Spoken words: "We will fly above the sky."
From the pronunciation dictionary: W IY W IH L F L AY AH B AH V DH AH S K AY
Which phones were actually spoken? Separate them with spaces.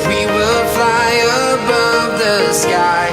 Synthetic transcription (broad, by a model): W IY W IH L F L AY AH B AH V DH AH S K AY